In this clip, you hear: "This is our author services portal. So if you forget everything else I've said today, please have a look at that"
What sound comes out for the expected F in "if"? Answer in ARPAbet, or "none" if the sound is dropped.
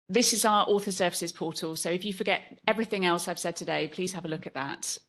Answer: F